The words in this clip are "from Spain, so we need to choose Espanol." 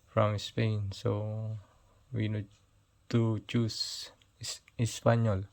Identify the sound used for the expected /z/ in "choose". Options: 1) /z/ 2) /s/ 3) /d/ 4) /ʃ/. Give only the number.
2